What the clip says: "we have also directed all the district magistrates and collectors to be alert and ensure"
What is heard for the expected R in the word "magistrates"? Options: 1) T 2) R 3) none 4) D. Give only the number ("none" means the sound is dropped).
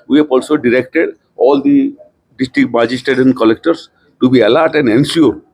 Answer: 3